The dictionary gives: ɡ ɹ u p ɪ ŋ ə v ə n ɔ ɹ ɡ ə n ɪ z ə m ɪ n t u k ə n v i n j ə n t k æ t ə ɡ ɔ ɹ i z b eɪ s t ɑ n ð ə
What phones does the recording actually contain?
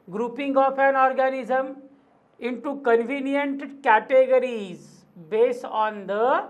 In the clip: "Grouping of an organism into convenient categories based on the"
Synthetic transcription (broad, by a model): ɡ ɹ u p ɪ ŋ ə p ə n ɔ ɹ ɡ ə n ɪ z ə m ɪ n t u k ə n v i n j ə n t k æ t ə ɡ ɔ ɹ i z b eɪ s t ɑ n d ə